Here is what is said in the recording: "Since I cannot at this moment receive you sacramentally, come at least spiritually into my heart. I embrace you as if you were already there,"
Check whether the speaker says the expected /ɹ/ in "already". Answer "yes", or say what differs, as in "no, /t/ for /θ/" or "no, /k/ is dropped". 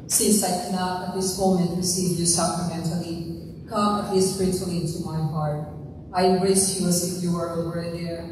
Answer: no, /ɹ/ is dropped